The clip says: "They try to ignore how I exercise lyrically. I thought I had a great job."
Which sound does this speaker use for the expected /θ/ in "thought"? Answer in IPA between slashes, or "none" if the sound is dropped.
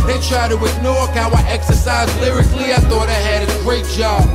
/θ/